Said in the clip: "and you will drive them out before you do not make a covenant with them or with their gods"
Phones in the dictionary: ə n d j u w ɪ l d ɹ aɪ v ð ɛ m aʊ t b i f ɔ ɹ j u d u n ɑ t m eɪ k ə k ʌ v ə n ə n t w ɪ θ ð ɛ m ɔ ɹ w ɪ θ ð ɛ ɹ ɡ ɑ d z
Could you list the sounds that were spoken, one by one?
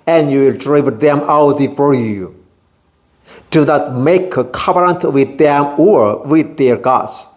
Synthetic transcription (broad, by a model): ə n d j u w ɪ l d ɹ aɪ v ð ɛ m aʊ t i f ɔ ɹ j u d u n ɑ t m eɪ k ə k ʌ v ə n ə n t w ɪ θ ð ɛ m ɔ ɹ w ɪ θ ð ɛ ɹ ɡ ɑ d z